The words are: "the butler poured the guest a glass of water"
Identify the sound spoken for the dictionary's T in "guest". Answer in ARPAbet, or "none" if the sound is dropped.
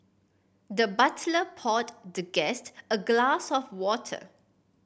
T